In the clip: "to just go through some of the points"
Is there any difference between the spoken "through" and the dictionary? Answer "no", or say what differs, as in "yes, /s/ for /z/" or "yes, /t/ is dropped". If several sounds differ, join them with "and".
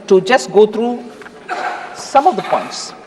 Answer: yes, /t/ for /θ/